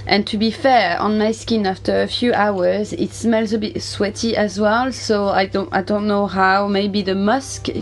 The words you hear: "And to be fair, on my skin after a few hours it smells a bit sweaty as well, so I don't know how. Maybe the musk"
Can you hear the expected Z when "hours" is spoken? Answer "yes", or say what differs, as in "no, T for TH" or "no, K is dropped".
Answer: yes